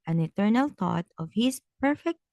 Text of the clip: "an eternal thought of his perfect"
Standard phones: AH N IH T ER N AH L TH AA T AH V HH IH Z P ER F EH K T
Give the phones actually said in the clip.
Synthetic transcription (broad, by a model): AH N IH T ER N AH L T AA T AH V HH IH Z P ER F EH K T